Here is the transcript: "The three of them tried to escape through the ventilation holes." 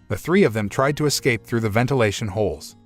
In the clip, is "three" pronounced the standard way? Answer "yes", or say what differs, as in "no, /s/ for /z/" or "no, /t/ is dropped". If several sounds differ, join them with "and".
yes